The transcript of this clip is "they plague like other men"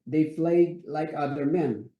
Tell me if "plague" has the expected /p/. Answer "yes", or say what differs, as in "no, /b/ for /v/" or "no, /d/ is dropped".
no, /f/ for /p/